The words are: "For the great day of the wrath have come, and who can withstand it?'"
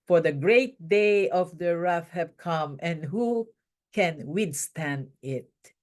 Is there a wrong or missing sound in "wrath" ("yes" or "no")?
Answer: yes